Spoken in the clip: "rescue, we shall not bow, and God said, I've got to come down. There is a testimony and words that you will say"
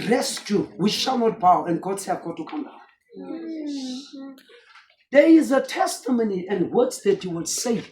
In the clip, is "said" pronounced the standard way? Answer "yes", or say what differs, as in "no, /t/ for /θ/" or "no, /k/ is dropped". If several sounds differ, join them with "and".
no, /d/ is dropped